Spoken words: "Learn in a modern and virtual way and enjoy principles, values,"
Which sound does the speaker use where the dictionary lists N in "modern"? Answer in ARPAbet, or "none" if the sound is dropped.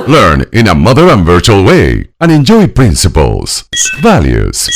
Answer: none